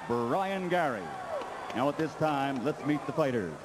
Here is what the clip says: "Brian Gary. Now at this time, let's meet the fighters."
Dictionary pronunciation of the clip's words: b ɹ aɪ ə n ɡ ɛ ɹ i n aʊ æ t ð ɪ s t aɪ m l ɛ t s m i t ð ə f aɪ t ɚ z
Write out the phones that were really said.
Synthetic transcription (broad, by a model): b ɹ aɪ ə n ɡ ɛ ɹ i n aʊ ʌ t ð ɪ s t aɪ m l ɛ t s m i t ð ə f aɪ t ɚ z